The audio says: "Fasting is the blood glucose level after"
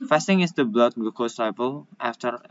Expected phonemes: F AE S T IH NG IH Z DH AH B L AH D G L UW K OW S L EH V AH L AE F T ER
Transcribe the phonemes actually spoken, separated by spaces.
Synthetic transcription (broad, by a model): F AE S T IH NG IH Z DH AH B L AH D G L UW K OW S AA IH P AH L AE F T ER